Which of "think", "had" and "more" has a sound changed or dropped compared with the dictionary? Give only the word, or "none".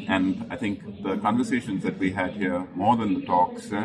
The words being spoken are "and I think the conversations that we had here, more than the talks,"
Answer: think